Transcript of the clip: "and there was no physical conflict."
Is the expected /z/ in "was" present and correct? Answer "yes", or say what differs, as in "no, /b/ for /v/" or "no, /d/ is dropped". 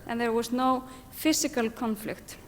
no, /s/ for /z/